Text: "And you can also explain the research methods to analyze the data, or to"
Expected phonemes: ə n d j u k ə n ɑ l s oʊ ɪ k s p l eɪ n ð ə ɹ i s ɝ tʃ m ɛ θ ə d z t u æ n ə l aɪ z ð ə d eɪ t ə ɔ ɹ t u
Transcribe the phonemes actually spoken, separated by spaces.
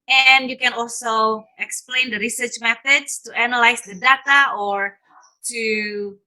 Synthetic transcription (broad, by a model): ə n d j u k ə n ɑ l s oʊ ɪ k s p l eɪ n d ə ɹ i s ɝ tʃ m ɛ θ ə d s t u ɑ n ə l aɪ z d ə d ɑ t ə ɔ ɹ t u